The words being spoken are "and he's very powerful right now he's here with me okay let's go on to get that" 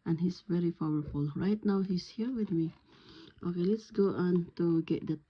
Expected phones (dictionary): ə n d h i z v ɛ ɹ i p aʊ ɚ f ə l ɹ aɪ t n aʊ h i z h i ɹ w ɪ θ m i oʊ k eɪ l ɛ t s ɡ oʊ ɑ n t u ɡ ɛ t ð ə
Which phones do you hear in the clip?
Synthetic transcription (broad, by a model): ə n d h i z v ɛ ɹ i f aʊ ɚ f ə l ɹ aɪ t n aʊ h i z h i ɹ w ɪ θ m i oʊ k eɪ l ɛ t s ɡ oʊ ɑ n t u ɡ ɛ t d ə